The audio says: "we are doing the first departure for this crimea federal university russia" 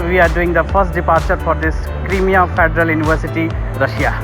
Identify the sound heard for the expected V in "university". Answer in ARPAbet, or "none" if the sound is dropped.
B